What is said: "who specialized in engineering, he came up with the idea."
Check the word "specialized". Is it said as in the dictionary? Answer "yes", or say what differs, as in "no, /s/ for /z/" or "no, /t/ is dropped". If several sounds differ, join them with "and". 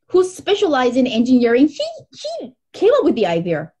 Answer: yes